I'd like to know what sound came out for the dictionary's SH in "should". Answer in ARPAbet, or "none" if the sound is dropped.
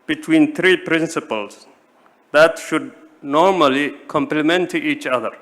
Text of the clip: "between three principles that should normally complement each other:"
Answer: SH